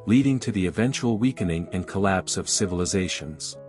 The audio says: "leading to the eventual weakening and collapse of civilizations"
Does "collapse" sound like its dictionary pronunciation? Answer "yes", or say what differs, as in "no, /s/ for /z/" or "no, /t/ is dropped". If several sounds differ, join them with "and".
yes